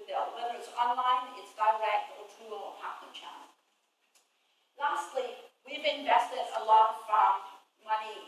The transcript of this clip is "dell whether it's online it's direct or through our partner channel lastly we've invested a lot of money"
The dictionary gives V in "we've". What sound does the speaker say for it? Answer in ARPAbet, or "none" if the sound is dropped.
V